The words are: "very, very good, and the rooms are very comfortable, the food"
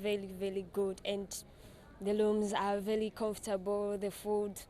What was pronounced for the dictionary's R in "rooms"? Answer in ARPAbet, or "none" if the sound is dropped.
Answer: L